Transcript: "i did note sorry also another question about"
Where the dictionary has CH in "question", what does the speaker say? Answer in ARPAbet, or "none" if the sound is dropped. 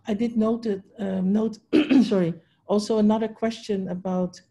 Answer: CH